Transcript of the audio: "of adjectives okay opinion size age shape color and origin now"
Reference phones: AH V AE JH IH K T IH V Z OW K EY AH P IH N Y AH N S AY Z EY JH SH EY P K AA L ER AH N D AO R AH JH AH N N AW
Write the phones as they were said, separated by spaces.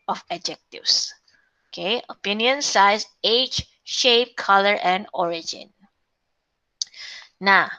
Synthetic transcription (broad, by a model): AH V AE JH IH K T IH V S OW K EY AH P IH N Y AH N S AY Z EY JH SH EY P K AA L ER AH N D AO R AH JH AH N N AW